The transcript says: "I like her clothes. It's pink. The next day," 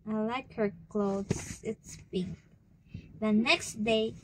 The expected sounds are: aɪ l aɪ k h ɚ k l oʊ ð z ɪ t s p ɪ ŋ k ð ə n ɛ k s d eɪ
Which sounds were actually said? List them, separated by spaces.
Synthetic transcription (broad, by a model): aɪ l aɪ k h ɚ k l oʊ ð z ɪ t s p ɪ k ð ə n ɛ k s d eɪ